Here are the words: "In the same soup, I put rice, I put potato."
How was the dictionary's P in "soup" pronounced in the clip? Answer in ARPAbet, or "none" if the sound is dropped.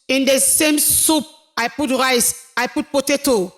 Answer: P